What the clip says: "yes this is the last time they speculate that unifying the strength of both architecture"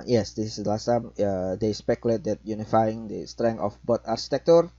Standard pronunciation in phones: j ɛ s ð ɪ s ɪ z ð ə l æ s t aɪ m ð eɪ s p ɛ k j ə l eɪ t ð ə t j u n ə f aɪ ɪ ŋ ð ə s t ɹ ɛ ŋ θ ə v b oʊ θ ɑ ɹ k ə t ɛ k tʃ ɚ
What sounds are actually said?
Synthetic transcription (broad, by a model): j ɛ s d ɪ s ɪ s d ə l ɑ s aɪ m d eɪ s p ɛ k j ə l eɪ t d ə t j u n ə f aɪ ɪ ŋ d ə s t ɹ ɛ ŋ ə f b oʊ t ɑ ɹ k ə t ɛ k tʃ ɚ